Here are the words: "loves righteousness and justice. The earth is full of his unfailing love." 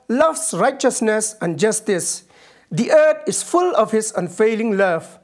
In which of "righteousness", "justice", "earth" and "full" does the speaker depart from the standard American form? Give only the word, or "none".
earth